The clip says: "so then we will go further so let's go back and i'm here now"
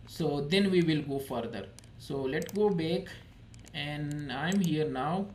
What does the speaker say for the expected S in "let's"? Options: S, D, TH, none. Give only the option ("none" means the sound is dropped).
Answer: none